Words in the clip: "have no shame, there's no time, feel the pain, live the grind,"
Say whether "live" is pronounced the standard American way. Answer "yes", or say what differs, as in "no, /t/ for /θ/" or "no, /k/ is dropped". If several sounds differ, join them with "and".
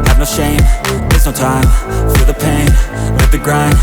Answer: no, /n/ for /l/